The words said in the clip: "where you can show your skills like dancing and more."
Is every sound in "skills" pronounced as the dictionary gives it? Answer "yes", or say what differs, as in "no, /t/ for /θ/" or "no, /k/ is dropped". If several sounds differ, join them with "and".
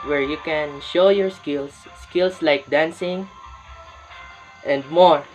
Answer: no, /s/ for /z/